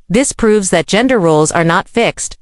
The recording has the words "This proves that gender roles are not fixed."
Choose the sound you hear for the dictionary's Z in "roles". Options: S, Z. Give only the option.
Z